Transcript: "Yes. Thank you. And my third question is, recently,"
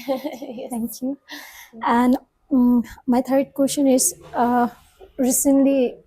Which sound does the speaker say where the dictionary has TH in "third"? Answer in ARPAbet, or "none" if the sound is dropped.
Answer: T